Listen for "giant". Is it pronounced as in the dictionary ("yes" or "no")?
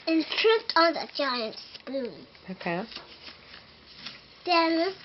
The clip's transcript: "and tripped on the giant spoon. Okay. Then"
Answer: yes